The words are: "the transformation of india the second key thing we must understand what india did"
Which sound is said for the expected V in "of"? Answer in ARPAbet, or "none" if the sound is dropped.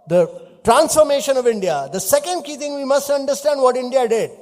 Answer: V